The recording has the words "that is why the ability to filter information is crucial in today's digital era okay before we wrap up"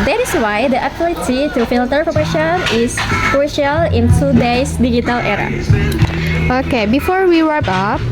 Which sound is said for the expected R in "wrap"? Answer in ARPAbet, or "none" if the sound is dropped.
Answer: W